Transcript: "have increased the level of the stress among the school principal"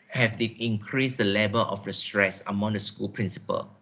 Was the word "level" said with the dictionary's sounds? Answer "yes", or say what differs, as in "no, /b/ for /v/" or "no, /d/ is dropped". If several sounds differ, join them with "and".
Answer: no, /b/ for /v/